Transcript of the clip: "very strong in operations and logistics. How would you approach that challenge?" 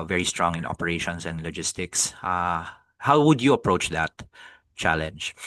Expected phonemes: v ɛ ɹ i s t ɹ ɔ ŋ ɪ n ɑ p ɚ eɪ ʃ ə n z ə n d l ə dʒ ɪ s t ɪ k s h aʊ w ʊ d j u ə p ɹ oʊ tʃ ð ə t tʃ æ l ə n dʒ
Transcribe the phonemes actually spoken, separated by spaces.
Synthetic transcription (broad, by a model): v ɛ ɹ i s t ɹ ɔ ŋ ɪ n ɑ p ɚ eɪ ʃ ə n s ə n d l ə dʒ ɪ s t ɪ k s h aʊ w ʊ d j u ə p ɹ oʊ tʃ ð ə t tʃ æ l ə n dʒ